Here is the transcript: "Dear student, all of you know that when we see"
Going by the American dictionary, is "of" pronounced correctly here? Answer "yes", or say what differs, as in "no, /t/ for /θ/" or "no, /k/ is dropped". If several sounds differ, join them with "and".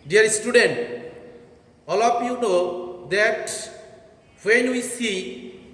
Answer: no, /p/ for /v/